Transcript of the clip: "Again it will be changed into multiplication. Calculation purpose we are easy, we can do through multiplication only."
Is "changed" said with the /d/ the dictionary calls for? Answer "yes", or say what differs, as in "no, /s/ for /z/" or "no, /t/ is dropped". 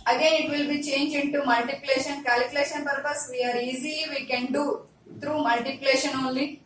no, /d/ is dropped